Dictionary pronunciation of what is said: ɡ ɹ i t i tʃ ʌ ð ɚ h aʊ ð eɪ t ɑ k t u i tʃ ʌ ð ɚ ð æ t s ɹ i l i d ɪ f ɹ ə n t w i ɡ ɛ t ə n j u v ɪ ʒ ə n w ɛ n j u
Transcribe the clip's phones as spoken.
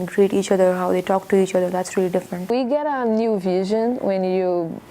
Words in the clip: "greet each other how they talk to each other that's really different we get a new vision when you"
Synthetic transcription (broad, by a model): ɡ ɹ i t i tʃ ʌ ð ɚ h aʊ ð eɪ t ɑ k t u i tʃ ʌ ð ɚ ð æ t s ɹ i l i d ɪ f ɹ ə n t w i ɡ ɛ t ə n j u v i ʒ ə n w ɛ n j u